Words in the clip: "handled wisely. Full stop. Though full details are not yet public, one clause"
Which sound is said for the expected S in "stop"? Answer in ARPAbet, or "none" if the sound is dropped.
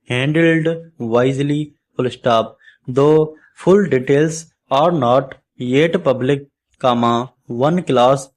S